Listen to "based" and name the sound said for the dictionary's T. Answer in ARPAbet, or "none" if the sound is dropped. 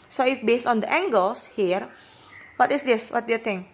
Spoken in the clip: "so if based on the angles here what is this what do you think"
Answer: T